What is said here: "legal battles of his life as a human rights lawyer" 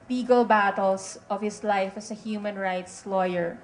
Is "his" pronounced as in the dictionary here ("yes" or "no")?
no